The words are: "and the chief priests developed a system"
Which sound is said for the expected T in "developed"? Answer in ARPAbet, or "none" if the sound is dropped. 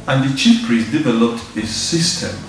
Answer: T